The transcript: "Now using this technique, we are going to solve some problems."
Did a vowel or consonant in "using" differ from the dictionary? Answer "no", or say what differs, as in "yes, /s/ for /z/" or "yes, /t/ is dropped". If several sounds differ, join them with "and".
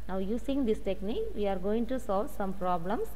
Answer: yes, /s/ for /z/